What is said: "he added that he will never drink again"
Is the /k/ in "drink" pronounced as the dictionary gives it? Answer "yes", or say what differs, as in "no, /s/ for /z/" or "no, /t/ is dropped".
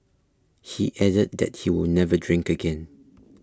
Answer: yes